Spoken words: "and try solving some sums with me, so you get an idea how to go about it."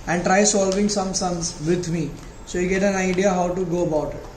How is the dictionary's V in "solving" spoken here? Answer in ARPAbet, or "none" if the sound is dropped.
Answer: V